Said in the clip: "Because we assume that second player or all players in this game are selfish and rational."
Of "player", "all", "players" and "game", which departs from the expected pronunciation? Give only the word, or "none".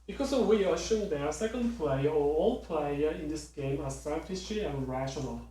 players